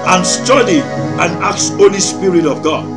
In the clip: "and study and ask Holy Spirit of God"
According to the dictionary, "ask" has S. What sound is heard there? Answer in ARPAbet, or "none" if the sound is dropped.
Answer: none